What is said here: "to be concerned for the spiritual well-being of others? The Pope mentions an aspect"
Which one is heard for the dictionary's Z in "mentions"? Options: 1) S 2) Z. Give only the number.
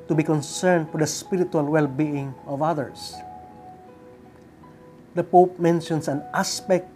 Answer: 1